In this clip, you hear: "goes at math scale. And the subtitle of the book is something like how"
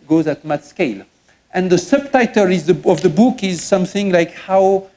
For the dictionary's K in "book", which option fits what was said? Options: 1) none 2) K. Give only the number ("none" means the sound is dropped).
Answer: 2